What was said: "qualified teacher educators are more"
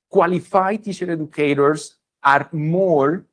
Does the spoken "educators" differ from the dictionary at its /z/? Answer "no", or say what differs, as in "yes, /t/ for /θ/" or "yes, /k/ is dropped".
yes, /s/ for /z/